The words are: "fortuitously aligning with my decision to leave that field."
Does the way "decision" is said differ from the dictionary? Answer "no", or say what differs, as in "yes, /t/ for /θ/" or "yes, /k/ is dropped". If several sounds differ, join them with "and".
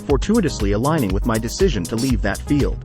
no